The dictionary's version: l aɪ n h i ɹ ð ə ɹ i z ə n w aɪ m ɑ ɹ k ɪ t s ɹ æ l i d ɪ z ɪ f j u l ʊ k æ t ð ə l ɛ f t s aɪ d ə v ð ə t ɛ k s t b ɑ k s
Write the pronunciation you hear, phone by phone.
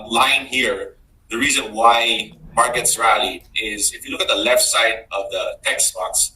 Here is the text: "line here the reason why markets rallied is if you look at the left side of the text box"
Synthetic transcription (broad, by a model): l aɪ n h i ɹ ð ə ɹ i z ə n w aɪ m ɑ ɹ k ɪ t s ɹ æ l i ɪ z ɪ f j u l ʊ k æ t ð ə l ɛ f t s aɪ d ə v ð ə t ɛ k s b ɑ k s